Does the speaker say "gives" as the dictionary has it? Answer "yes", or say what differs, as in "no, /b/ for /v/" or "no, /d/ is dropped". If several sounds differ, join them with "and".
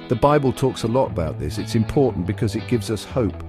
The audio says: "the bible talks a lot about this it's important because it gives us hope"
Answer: yes